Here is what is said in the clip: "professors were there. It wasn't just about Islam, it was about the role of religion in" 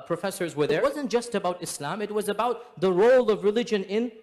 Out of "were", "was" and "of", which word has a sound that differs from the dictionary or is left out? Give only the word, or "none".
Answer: none